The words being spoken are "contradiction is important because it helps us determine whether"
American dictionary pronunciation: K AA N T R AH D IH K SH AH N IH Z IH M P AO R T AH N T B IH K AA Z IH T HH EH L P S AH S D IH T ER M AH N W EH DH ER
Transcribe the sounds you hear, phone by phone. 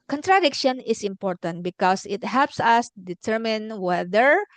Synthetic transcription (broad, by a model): K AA N T R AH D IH K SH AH N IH S IH M P AO R T AH N T B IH K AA S IH T HH EH L P S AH S D IH T ER M AH N W EH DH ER